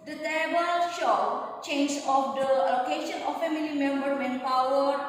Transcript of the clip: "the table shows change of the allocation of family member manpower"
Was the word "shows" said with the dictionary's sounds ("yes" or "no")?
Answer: no